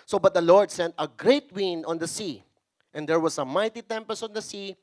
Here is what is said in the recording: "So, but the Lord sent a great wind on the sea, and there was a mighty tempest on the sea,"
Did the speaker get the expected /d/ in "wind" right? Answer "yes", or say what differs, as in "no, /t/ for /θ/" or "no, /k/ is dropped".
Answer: no, /d/ is dropped